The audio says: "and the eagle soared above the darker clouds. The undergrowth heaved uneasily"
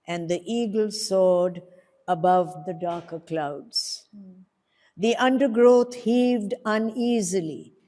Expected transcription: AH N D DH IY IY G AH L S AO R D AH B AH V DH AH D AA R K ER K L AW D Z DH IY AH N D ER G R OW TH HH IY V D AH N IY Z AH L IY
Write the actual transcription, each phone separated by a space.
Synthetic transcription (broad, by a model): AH N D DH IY IY G AH L S AO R D AH B AH V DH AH D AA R K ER K L AW D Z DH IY AH N D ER G R OW T HH IY V D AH N IY Z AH L IY